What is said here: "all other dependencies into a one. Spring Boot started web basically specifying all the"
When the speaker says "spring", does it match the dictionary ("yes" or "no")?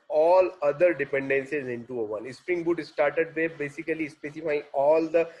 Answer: yes